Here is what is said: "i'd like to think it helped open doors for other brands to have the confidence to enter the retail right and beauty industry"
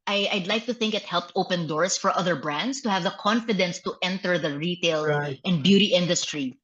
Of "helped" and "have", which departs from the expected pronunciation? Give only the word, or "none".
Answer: none